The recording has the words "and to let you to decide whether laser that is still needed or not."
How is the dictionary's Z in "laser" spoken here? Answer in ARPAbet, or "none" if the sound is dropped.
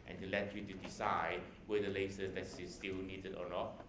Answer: S